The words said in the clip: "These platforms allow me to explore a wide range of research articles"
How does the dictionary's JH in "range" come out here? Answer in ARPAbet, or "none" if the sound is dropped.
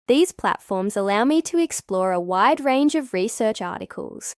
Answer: JH